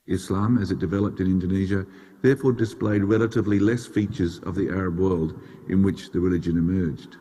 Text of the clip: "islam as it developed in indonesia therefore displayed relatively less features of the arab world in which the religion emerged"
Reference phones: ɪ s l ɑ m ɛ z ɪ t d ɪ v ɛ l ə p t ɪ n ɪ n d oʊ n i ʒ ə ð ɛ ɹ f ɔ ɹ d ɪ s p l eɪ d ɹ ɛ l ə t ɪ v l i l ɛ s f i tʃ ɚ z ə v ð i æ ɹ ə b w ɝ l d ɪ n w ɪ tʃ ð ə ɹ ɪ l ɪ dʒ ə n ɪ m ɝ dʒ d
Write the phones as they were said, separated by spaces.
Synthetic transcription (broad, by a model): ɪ s l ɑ m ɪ z ɪ t d ɪ v ɛ l ə p t ɪ n ɪ n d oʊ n i ʒ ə ð ɛ ɹ f ɔ ɹ d ɪ s p l eɪ d ɹ ɛ l ə t ɪ v l i l ɛ s f i tʃ ɚ z ə v ð i æ ɹ ə b w ɝ l d ɪ n w ɪ tʃ ð ə ɹ ɪ l ɪ dʒ ə n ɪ m ɝ dʒ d